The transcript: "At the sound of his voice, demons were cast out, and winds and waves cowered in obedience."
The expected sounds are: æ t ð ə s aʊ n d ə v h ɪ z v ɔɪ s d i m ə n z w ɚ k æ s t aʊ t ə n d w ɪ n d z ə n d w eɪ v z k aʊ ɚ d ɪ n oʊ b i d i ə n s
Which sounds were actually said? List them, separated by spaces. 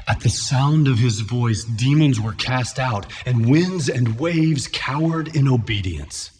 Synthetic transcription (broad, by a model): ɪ t ð ə s aʊ n d ə v ɪ z v ɔɪ s d i m ə n z w ɚ k æ s t aʊ t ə n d w ɪ n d z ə n w eɪ v z k aʊ ɚ d ɪ n oʊ b i d i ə n s